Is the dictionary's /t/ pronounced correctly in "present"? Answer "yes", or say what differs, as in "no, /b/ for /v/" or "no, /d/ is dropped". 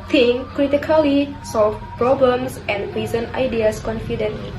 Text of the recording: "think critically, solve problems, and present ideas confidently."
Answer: no, /t/ is dropped